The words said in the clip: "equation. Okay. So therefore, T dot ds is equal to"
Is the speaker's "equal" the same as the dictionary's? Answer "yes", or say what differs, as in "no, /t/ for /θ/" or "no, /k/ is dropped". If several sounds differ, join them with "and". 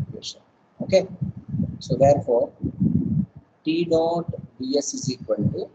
no, /n/ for /l/